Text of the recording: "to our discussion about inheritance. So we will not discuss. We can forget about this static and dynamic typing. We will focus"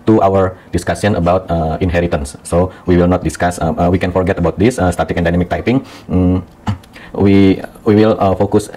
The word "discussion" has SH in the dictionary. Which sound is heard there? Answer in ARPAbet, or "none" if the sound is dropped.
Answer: S